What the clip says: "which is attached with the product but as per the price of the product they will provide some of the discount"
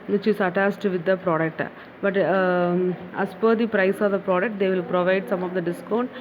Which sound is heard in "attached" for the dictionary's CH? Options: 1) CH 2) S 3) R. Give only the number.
2